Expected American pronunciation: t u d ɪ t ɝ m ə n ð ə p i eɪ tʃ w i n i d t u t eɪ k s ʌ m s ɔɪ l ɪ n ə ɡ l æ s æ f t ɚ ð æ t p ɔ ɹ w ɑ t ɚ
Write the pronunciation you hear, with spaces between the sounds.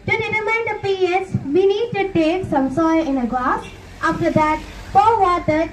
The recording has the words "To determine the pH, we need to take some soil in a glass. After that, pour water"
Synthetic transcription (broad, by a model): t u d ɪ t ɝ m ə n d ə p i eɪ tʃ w i n i d t u t eɪ k s ʌ m s ɔɪ l ɪ n ə ɡ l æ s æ f t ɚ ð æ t f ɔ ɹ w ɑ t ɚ